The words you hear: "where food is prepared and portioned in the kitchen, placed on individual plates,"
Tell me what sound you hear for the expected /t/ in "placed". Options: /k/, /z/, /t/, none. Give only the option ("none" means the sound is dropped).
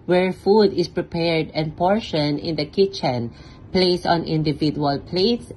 none